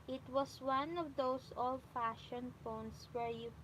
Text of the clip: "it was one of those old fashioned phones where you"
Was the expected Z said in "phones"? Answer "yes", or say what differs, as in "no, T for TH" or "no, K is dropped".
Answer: no, S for Z